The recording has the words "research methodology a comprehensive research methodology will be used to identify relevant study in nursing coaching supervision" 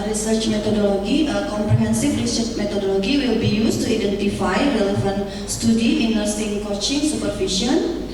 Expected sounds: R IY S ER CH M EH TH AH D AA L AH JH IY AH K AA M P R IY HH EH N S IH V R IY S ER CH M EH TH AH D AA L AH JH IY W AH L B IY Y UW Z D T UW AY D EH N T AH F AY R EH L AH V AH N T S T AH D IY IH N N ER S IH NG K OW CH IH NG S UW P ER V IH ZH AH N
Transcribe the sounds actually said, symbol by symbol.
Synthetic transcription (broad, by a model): R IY S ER CH M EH T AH D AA L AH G IY AH K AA M P R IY HH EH N S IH F R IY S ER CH M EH T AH D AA L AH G IY W AH L B IY Y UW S T UW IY D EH N T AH F AY R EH L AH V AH N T S T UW D IY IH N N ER S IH NG K OW CH IH NG S UW P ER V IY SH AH N